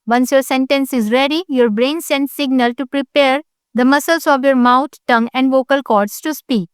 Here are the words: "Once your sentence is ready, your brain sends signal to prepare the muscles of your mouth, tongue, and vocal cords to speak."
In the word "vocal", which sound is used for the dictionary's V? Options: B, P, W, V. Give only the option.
V